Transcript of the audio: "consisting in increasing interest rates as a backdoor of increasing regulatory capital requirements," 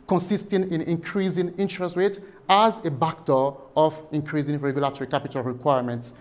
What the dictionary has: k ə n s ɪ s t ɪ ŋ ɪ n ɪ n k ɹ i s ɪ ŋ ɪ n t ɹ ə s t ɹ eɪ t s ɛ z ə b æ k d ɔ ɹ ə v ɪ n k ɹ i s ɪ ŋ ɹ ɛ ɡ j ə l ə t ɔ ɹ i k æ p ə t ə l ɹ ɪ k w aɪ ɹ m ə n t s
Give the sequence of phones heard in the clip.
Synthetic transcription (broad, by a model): k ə n s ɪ s t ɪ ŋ ɪ n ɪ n k ɹ i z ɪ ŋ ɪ n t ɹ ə s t ɹ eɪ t ɑ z ə b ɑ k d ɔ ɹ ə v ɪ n k ɹ i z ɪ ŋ ɹ ɛ ɡ j ə l ə t ɔ ɹ i k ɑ p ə t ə l ɹ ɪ k w aɪ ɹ m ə n t s